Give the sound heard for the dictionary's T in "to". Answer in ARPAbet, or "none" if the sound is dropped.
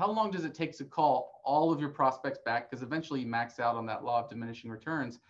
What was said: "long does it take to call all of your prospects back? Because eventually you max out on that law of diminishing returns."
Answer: S